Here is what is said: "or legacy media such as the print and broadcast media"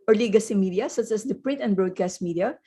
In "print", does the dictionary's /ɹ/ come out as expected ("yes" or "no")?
yes